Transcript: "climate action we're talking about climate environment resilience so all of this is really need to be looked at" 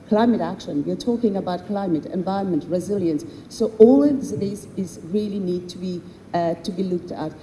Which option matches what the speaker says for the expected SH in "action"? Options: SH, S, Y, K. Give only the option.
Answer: SH